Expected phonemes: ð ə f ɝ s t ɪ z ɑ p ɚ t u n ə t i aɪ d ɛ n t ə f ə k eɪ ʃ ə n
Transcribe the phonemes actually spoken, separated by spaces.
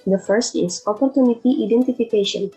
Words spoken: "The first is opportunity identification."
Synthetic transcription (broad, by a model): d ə f ɝ s t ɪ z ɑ p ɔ t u n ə t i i d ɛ n t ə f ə k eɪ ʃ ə n